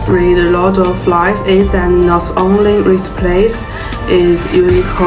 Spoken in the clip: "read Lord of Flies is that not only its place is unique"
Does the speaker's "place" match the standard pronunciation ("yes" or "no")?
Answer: yes